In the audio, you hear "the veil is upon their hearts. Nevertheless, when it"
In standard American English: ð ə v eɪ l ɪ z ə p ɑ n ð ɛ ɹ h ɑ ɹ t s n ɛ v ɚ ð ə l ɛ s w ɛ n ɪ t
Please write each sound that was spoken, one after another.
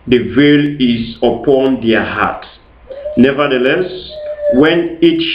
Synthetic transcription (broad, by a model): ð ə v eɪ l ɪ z ə p ɑ n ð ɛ h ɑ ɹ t n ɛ v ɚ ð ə l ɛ s w ɛ n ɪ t